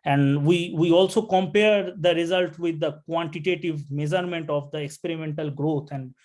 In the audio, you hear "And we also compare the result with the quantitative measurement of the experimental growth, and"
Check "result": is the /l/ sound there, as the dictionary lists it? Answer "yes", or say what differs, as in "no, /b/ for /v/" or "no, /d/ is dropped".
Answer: yes